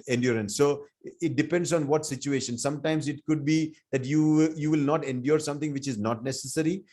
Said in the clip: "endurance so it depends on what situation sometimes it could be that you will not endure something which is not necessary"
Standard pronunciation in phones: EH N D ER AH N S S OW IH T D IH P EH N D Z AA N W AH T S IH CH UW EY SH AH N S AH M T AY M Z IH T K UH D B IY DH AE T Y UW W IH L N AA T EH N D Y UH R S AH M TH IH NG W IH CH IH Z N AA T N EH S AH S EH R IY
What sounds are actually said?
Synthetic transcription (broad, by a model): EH N D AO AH N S S OW IH T D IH P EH N D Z AA N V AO T S IH CH UW EY SH AH N S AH M T AY M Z IH T K UH D B IY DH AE T Y UW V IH L N AA T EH N D Y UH R S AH M T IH NG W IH CH IH Z N AA T N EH S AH S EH R IY